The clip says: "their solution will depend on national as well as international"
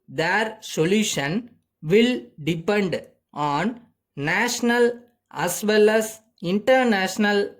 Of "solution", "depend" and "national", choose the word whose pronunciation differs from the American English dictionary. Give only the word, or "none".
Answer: none